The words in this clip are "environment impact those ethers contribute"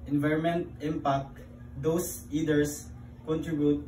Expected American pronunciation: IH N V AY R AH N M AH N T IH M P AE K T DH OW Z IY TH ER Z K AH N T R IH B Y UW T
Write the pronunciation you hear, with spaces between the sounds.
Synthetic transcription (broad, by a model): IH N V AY R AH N M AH N T IH M P AE K T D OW S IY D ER S K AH N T R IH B Y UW T